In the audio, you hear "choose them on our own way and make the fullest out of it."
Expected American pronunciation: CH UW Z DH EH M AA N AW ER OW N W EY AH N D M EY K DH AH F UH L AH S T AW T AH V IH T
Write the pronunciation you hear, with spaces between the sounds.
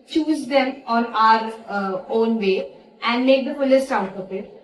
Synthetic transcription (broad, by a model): CH UW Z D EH M AA N AW ER OW N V EY AH N D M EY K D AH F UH L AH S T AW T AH P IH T